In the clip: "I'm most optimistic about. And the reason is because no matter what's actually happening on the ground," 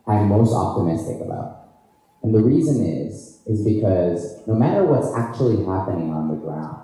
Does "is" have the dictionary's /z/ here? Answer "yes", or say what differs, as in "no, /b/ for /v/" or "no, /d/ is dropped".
yes